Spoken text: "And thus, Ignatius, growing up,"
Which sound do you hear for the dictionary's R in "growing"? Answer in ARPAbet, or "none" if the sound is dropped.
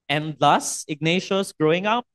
R